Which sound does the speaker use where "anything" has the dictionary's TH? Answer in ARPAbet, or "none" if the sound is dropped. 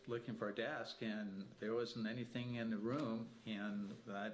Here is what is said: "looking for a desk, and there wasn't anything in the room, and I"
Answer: TH